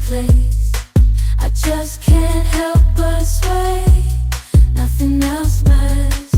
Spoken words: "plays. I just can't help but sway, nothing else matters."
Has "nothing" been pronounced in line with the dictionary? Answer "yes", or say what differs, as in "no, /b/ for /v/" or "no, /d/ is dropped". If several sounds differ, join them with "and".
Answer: yes